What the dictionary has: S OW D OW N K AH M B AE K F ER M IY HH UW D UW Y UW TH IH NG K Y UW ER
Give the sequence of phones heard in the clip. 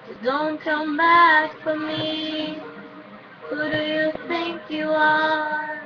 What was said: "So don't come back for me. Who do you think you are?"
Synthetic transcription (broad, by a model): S D OW N K AH M B AE K F ER M IY HH UW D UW Y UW TH IH NG K Y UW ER